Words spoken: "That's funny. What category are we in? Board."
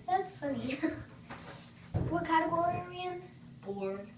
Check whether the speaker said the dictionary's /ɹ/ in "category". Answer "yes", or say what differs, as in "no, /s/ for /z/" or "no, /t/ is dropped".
no, /l/ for /ɹ/